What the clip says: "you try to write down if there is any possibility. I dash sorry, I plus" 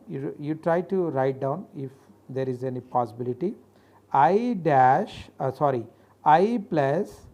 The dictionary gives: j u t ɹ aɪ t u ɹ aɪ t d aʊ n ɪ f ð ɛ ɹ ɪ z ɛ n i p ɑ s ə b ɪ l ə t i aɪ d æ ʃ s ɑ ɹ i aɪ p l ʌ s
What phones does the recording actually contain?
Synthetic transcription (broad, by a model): j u t ɹ aɪ t u ɹ aɪ t d aʊ n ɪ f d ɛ ɹ ɪ z ɛ n i p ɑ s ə b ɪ l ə t i aɪ d æ ʃ s ɑ ɹ i aɪ p l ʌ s